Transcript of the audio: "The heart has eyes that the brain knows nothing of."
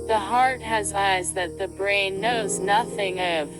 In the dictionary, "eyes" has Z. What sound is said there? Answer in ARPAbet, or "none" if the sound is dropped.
Z